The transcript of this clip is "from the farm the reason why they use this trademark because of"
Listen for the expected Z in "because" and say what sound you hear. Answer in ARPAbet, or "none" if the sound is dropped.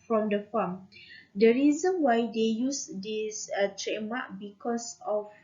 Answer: S